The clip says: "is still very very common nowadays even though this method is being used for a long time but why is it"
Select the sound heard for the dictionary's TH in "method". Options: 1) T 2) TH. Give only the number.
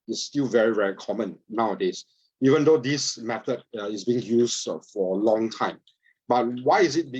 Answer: 1